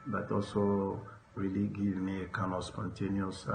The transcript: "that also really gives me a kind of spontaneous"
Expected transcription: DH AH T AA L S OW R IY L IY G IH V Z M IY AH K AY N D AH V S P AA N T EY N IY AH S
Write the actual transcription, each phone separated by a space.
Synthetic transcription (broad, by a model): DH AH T AA L S OW R IY L IY G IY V M IY AH K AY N AH S P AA N T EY N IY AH S